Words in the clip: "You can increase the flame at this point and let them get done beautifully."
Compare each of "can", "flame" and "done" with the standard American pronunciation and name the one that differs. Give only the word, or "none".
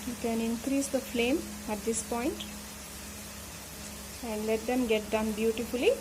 none